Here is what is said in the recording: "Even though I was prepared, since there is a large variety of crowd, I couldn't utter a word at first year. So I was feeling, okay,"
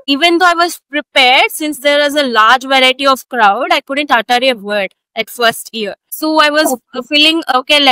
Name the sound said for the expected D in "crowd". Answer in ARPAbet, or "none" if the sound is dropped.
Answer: D